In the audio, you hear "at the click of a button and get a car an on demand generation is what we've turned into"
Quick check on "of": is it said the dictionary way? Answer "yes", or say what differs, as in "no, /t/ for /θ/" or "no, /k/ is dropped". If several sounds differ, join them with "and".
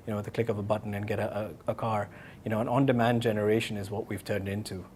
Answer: no, /p/ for /v/